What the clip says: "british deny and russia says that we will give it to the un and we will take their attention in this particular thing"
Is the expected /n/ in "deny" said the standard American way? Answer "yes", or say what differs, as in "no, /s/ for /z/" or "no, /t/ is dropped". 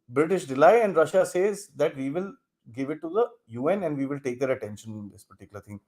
no, /l/ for /n/